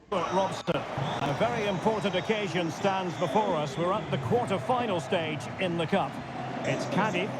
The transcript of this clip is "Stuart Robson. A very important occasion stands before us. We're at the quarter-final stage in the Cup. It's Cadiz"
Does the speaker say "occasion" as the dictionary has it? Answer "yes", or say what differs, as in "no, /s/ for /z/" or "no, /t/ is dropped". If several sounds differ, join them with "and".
yes